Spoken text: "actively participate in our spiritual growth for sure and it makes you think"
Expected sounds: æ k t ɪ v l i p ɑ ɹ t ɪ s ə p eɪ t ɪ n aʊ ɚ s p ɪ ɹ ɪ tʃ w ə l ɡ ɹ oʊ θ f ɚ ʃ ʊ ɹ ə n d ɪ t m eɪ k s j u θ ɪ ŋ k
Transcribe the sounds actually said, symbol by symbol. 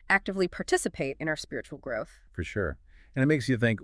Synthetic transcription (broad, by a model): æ k t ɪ v l i p ɑ ɹ t ɪ s ə p eɪ t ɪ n aʊ ɚ s p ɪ ɹ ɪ tʃ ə l ɡ ɹ oʊ θ f ɚ ʃ ʊ ɹ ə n ɪ t m eɪ k s j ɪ θ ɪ ŋ k